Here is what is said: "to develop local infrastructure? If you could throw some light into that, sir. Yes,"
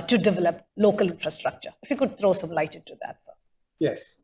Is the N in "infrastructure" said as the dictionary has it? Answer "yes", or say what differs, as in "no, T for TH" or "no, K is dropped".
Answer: yes